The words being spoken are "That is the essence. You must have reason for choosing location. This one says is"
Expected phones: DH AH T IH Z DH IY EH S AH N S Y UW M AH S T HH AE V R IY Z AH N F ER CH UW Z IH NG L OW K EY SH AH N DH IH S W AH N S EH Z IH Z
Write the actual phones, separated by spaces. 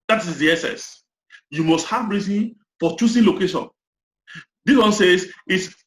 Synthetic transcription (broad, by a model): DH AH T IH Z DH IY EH S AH S Y UW M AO S T HH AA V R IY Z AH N F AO CH UW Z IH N L OW K EY SH AH N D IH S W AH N S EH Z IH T